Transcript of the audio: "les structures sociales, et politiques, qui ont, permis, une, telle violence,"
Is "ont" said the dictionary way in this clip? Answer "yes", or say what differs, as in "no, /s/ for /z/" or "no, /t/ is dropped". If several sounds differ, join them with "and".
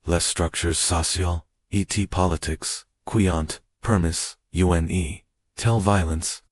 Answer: yes